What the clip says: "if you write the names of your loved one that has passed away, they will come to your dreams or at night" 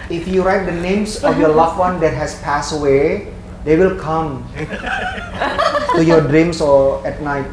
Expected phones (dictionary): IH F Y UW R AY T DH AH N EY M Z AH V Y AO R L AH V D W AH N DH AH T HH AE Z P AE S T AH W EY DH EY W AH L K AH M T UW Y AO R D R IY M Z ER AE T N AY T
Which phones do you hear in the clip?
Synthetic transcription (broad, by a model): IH F Y UW R AY T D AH N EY M S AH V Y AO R L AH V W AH N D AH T HH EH S P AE S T AH W EY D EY W AH L K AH M T UW Y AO D R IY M S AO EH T N AY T